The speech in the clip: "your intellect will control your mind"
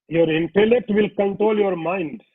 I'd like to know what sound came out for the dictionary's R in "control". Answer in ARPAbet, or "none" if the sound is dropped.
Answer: R